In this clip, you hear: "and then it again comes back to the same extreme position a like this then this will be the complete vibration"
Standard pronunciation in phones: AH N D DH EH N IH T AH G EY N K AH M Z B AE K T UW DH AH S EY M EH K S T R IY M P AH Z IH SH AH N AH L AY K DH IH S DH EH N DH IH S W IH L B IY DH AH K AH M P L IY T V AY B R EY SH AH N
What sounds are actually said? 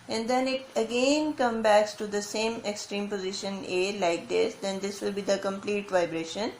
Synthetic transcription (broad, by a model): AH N D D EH N IH T AH G EY N K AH M B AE K T UW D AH S EY M EH K S T R IY M P AH Z IH SH AH N AH L AY K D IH S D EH N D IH S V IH L B IY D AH K AH M P L IY T V AY B R EY SH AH N